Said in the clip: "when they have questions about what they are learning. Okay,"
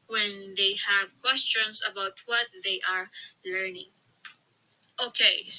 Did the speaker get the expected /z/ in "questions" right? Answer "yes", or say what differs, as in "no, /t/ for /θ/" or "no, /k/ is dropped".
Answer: no, /s/ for /z/